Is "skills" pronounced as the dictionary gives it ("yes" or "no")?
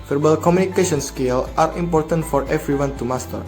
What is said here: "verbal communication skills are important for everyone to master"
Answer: no